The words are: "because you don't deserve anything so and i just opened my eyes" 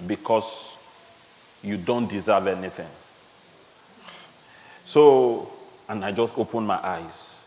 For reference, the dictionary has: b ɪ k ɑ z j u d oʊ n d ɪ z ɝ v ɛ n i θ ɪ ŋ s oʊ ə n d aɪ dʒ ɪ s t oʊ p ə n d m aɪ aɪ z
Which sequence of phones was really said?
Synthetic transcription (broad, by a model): b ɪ k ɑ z j u d oʊ n d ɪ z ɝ v ɛ n i θ ɪ ŋ s oʊ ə n aɪ dʒ ɪ s t oʊ p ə n m aɪ aɪ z